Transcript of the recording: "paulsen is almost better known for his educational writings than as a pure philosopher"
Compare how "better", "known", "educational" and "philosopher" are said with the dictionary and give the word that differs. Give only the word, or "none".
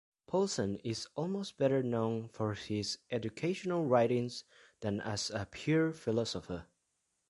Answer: none